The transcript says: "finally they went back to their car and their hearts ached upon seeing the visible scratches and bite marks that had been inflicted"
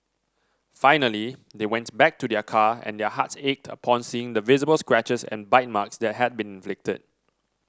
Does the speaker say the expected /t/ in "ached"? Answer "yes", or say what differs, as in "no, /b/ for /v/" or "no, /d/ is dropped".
yes